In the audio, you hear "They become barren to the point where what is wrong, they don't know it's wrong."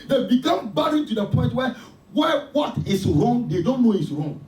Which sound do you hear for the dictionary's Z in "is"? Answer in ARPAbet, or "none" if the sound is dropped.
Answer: S